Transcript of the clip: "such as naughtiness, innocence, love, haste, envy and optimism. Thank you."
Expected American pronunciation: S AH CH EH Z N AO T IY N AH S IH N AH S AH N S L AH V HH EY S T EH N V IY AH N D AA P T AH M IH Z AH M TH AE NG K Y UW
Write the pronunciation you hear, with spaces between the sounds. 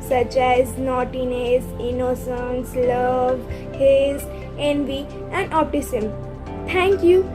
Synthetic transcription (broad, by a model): S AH CH EH Z N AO T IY N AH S IH N AH S AH N S L AH V HH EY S EH N V IY AH N D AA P T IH S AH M T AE NG K Y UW